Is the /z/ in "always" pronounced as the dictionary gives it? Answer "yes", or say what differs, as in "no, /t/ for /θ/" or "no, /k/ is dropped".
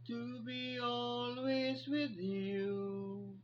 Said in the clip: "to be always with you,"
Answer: yes